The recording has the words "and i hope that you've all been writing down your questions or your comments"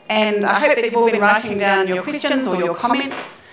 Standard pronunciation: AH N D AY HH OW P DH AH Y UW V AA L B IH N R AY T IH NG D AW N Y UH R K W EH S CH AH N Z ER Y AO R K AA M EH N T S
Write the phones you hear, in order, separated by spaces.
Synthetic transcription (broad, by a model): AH N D AY HH OW P DH AH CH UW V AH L B IH N R AY T IH NG D AW N Y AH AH K W EH S CH AH N Z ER Y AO K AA M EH N T S